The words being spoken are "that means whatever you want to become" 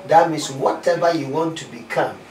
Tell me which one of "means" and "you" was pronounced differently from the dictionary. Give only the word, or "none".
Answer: means